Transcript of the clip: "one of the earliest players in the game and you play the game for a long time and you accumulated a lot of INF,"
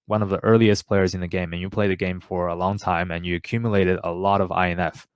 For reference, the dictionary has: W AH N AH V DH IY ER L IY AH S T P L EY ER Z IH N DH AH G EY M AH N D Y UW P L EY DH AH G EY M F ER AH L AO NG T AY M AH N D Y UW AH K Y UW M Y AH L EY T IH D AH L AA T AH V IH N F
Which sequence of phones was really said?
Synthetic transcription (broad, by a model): W AH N AH V DH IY ER L IY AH S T P L EY ER Z IH N DH AH G EY M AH N Y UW P L EY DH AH G EY M F ER AH L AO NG T AY M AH N Y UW AH K Y UW M Y AH L EY T IH D AH L AA T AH V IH N F